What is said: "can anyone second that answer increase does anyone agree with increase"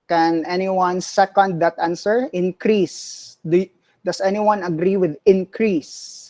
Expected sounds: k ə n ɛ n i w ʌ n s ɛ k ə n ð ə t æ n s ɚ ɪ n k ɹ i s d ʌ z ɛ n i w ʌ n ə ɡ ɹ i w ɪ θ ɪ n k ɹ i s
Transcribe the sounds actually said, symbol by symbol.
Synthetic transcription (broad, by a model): k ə n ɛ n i w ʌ n s ɛ k ə n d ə t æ n s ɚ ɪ n k ɹ i s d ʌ s ɛ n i w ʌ n ə ɡ ɹ i w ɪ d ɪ n k ɹ i s